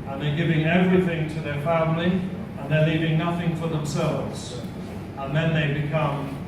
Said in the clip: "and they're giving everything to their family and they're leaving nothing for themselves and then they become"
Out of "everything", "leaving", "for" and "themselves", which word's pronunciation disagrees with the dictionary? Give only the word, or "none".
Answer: none